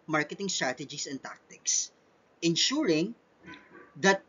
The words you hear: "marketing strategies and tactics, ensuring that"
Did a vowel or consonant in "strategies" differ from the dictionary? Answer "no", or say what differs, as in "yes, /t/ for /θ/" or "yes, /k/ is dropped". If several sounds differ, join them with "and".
yes, /s/ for /z/